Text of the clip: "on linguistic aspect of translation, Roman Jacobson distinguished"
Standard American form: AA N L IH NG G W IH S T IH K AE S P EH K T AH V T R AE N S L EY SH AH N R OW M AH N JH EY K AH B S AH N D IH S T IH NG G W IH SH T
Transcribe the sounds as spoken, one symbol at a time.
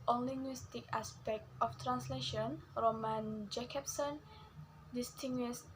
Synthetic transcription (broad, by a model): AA N L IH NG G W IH S T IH K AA S P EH K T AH F T R AE N S L EY SH AH N R OW M AH N JH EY K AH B S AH N D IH S T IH NG G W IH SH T